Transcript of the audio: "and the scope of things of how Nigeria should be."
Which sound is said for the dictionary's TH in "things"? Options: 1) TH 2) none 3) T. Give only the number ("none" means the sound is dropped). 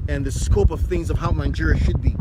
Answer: 1